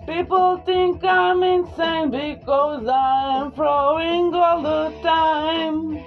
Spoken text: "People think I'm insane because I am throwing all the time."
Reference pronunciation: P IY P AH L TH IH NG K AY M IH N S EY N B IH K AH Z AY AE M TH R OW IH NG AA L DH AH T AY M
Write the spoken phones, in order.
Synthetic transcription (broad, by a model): P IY P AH L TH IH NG K AY M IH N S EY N B IH K AH Z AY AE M F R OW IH NG AA L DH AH T AY M